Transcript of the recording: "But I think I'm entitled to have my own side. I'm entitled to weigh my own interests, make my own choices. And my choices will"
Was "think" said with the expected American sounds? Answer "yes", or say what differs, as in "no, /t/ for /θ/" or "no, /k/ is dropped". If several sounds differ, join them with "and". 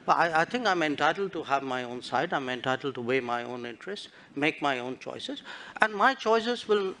no, /t/ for /θ/